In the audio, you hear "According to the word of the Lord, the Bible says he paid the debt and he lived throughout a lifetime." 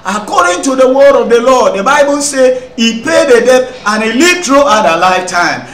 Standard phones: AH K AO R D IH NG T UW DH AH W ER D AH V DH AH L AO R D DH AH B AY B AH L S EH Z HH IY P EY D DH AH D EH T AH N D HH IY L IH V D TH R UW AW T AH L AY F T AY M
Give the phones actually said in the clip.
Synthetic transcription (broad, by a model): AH K AO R D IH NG T UW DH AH W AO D AH V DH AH L AO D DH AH B AY B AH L S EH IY P EY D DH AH D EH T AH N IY L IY D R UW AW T AH L AY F T AY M